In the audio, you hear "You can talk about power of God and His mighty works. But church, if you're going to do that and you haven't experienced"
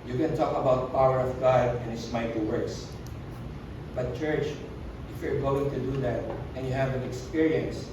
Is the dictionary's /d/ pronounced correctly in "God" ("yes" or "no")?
yes